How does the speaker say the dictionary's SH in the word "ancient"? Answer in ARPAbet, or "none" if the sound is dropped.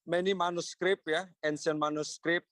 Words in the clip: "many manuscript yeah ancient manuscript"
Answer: S